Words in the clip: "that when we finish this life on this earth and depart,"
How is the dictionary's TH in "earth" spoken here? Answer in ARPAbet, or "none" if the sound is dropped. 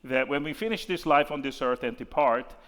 TH